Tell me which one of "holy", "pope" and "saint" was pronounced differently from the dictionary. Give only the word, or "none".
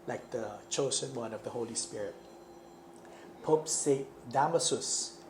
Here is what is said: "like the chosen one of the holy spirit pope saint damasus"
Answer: saint